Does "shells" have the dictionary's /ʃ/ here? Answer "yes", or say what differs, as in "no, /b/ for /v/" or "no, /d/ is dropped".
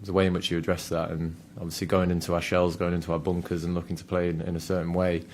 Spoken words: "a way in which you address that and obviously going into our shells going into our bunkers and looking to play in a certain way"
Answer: yes